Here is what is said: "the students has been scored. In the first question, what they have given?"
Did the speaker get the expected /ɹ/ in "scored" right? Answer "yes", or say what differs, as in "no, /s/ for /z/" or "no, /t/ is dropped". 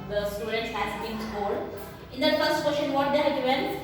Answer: no, /l/ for /ɹ/